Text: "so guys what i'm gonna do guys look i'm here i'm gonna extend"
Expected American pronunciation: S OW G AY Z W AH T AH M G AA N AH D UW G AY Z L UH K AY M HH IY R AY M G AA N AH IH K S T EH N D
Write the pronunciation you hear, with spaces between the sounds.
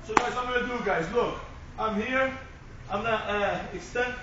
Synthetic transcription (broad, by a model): S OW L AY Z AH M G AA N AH D UW G AY Z L UH K AY M HH IY R AY M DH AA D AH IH K S T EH N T